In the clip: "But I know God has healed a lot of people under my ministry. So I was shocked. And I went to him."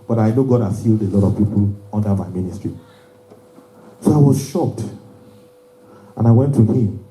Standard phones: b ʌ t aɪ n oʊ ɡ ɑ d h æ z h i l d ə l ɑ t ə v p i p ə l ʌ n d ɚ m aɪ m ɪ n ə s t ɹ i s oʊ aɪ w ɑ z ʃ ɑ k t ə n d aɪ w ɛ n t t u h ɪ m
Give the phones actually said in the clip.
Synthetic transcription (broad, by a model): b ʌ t aɪ n oʊ ɡ ɑ d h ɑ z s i l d ə l ɑ t ə v p i p ə l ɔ n d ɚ m aɪ m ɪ n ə s t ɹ i s oʊ aɪ w ɑ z ʃ ɑ k t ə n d aɪ w ɛ n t t u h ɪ m